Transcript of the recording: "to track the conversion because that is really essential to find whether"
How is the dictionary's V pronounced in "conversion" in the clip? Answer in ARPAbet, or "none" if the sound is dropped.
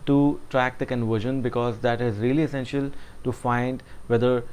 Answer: V